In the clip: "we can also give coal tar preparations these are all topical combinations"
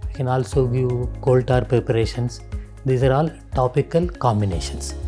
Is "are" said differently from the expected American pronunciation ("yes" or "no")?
no